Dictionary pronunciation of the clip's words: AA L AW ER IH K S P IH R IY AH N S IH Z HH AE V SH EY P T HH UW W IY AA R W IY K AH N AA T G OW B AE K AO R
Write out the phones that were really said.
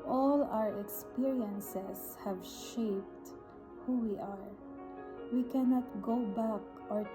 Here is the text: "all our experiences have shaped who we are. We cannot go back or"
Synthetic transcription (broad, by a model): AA L AW ER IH K S P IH R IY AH N S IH S HH AE V SH EY P T HH UW W IY AA R W IY K AH N AA T G OW B AE K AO R